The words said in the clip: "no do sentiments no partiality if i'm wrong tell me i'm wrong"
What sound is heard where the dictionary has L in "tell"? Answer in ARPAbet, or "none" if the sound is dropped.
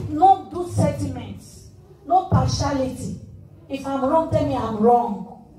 N